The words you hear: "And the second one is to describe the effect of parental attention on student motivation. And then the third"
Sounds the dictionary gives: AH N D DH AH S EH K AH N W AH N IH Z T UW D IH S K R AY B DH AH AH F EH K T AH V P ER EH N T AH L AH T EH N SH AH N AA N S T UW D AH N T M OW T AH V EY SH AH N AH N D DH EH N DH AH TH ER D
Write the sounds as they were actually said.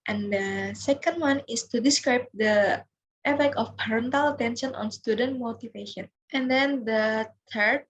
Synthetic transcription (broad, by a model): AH N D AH S EH K AH N W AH N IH S T UW D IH S K R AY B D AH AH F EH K AH F P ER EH N T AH L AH T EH N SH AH N AA N S T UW D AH N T M OW T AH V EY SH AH N AH N D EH N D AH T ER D